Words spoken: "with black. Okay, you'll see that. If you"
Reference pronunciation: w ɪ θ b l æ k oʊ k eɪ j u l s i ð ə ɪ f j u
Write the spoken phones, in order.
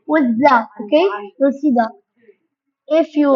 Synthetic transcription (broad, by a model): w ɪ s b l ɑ oʊ k eɪ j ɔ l s i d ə ɪ f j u